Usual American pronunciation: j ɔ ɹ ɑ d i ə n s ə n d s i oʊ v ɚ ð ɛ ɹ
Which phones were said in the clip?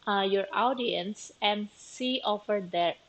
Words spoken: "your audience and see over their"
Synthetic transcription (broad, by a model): j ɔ ɹ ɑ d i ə n s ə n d s i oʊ f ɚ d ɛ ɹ